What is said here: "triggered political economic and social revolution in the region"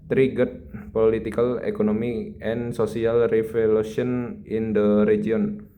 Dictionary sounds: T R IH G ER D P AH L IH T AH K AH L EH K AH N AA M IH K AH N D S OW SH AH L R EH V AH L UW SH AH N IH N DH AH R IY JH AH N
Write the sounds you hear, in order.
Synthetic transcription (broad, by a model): T R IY G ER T P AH L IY T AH K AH L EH K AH N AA M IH AH N S OW S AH L R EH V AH L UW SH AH N IH N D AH R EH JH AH N